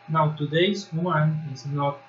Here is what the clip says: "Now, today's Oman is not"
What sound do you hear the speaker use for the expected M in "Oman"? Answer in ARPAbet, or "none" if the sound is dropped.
none